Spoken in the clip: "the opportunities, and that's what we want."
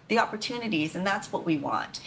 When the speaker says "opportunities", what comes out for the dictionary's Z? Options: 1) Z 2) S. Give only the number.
1